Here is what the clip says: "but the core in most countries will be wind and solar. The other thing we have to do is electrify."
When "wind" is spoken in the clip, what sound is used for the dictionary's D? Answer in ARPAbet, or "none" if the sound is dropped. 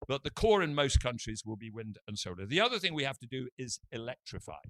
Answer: D